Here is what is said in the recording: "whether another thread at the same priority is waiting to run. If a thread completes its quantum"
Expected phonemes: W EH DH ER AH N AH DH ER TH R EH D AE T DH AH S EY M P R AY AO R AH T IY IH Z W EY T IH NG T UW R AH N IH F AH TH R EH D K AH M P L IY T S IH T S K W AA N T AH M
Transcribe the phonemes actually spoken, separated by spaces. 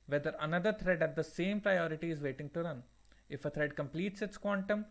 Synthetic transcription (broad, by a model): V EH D ER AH N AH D ER T R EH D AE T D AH S EY M P R AY AO R AH T IY IH Z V EY T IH NG T UW R AH N IH F AH T R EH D K AH M P L IY T S IH T S K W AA N T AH M